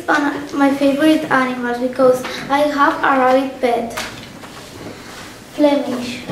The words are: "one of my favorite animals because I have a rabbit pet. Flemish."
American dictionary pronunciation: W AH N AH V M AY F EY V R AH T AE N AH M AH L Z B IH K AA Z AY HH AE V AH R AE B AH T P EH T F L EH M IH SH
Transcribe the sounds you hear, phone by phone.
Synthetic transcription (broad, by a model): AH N M AY F EY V R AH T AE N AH M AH L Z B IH K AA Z AY HH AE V AH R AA AH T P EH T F L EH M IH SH